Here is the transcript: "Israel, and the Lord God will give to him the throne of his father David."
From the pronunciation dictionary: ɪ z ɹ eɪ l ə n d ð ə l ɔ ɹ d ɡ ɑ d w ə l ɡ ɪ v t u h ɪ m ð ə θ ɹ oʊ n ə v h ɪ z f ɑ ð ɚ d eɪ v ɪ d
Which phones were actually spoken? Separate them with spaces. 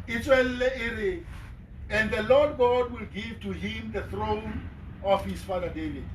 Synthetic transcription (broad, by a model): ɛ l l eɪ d ə n d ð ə l ɔ d ɡ ɑ d w ə l ɡ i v t u h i m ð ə θ ɹ oʊ n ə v h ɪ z f ɑ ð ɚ d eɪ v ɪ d